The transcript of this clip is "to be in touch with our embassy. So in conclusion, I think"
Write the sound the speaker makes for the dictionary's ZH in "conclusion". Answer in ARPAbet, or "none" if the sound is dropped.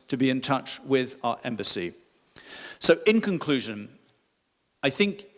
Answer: ZH